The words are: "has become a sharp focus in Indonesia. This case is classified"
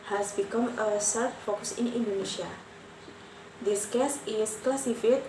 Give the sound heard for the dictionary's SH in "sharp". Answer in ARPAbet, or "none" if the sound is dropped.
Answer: S